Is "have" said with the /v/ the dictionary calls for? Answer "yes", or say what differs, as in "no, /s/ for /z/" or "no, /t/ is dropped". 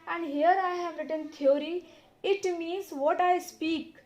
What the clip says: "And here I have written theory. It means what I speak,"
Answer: yes